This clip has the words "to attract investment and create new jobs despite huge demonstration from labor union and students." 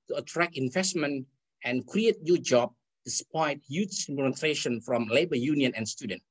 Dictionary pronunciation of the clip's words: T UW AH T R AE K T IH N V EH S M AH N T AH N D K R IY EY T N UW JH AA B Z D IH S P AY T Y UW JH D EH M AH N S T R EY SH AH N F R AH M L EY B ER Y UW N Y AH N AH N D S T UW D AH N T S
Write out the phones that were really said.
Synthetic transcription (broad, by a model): T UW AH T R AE K IH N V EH S M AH N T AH N K R IY EY T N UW JH AA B D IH S P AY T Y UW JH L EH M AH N T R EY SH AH N F R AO M L EY B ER Y UW N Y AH N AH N S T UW D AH N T